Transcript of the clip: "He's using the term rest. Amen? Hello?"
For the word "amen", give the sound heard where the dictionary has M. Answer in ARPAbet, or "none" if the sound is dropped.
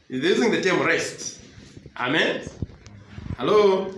M